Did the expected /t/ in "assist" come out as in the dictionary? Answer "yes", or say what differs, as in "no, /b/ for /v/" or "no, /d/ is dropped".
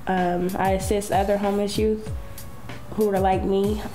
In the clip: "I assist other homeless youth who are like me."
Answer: yes